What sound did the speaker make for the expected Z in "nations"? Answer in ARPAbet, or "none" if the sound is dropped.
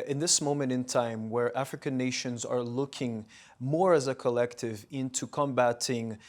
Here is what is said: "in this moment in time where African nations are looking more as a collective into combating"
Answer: Z